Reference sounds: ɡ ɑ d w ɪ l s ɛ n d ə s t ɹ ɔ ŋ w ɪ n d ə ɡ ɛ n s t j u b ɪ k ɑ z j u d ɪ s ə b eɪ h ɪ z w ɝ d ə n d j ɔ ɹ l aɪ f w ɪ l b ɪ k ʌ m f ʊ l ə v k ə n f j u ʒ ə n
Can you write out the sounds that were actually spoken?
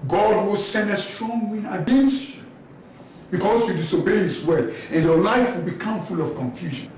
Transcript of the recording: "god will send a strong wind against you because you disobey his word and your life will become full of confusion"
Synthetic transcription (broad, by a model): ɡ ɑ d w ɪ l s ɛ n d ə s t ɹ ɔ ŋ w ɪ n ə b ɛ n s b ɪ k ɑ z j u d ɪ s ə b eɪ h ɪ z w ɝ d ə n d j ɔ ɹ l aɪ f w ɪ l b ɪ k ʌ m f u l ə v k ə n f j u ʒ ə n